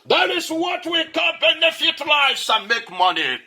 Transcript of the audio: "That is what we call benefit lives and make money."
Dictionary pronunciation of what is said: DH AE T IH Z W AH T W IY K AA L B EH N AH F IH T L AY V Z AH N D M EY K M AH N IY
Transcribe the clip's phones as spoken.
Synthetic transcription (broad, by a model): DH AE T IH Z W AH T W IY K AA N B EH N AH F IH T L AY Z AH M EY K M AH N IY